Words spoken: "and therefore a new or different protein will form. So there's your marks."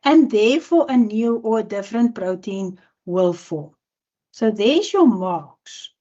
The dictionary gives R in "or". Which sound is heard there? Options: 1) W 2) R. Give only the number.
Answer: 1